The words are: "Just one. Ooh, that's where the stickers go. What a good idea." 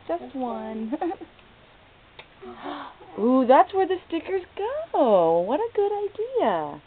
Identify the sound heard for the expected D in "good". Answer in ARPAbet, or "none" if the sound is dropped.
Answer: D